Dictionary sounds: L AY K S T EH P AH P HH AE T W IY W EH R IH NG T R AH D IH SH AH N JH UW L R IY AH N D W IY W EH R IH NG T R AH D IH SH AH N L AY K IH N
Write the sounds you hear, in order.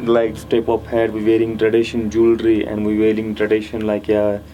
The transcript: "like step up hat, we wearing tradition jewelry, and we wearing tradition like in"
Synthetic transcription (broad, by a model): L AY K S T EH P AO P HH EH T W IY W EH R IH NG T R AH D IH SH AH N JH UW L R IY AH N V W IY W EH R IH NG T R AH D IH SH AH N L AY K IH